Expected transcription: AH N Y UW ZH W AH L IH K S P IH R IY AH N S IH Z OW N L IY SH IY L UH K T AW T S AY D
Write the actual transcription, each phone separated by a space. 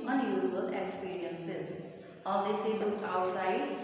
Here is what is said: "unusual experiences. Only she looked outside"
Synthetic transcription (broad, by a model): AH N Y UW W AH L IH K S P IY R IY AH N S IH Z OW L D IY S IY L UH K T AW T S AY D